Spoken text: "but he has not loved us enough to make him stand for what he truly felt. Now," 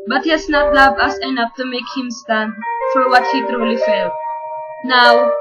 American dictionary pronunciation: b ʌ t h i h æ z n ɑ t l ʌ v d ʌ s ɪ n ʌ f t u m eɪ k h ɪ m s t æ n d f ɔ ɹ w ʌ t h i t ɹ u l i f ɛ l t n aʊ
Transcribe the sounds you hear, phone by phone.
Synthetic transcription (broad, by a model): b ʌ t h i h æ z n ɑ t l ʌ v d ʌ s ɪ n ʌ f t u m eɪ k h ɪ m s t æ n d f ɔ ɹ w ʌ t h i t ɹ u l i f ɛ l t n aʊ